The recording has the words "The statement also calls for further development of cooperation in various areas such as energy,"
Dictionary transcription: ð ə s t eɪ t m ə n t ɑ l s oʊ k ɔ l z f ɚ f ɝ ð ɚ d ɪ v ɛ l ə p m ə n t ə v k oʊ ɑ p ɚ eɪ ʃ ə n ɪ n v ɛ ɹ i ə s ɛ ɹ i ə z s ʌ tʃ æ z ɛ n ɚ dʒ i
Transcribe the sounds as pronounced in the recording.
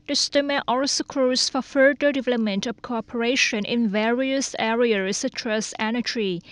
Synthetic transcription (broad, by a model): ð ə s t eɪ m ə t ɑ l s oʊ k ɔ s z f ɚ f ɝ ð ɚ d ɪ v ɛ l ə p m ə n t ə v k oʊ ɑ p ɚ eɪ ʃ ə n ɪ n v ɛ ɹ i ə s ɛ ɹ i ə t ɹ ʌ s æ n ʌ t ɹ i